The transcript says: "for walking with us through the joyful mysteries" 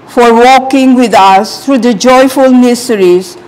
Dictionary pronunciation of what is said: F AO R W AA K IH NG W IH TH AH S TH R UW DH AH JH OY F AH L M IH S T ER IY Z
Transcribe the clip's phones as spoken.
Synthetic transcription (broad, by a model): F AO R W AA K IH NG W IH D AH S T R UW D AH JH OY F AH L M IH S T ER IY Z